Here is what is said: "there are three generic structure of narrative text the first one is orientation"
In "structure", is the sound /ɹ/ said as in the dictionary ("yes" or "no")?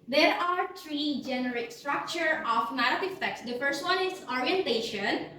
yes